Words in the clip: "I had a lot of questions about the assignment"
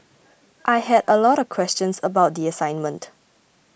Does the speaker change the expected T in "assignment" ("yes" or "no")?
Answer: no